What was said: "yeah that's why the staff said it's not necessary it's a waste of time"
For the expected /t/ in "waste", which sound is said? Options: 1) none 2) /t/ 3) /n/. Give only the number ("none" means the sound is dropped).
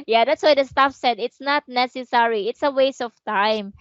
1